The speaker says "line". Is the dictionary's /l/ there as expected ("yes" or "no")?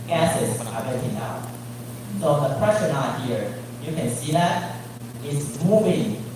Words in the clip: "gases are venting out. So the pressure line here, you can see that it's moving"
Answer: no